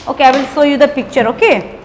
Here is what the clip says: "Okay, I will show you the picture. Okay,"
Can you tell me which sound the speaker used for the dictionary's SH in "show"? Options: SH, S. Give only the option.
S